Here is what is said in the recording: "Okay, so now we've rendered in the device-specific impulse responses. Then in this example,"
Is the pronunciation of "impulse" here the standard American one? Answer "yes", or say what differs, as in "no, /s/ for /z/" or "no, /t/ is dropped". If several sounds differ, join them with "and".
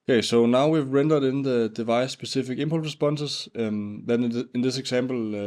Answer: no, /s/ is dropped